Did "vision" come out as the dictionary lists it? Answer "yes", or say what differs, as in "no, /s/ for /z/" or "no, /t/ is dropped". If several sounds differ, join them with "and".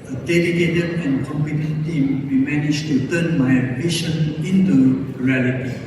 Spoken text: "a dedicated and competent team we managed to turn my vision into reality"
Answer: no, /b/ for /v/ and /ʃ/ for /ʒ/